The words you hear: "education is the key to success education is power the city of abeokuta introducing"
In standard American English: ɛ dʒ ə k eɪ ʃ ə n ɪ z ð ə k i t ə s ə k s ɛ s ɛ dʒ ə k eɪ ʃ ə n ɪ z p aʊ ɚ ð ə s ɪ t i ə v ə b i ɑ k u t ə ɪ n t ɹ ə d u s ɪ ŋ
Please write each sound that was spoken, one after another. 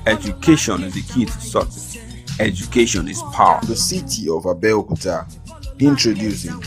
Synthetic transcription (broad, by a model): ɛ dʒ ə k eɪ ʃ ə n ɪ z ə k i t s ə s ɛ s ɛ dʒ ə k eɪ ʃ ə n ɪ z p aʊ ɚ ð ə s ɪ t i ə v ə b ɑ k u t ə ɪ n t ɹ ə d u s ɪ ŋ